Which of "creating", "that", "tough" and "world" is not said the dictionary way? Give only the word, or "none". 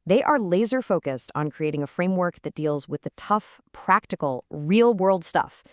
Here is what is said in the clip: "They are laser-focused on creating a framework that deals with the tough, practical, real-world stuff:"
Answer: none